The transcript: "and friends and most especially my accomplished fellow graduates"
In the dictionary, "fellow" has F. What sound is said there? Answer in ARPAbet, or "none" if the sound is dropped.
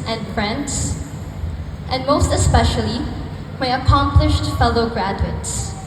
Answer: F